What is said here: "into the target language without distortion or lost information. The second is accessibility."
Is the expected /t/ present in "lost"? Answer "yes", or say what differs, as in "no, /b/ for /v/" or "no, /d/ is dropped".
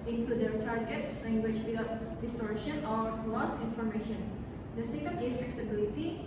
no, /t/ is dropped